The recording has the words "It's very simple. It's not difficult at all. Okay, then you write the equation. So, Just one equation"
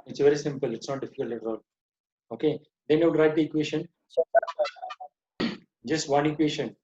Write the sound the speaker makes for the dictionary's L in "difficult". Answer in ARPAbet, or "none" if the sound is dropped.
none